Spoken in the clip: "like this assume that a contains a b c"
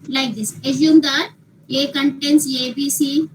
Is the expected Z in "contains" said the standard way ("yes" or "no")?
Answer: no